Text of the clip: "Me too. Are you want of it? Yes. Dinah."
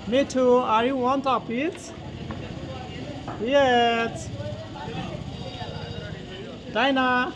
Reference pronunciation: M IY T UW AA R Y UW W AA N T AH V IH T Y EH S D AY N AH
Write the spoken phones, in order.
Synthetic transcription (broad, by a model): M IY T UW AA R Y UW W AA N T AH P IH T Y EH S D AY N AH